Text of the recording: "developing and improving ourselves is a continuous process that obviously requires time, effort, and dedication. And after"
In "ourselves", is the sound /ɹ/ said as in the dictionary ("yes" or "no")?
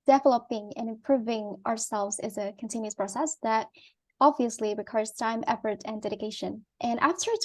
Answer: yes